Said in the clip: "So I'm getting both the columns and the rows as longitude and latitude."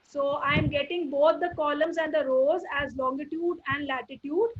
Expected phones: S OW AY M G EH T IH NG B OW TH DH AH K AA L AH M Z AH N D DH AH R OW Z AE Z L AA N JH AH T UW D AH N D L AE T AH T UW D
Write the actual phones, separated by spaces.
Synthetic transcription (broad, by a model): S OW AY M G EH T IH NG B OW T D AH K AA L AH M Z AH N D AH R OW Z AE Z L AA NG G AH T UW D AH N D L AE T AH T UW D